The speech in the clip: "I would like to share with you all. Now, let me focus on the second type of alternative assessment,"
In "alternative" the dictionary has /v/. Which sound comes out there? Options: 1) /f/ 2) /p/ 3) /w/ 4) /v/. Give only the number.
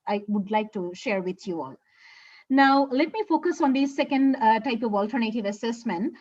4